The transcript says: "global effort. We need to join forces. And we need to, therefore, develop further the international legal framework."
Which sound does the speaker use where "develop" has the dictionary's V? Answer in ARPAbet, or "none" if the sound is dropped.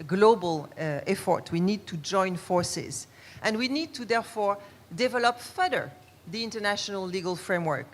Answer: V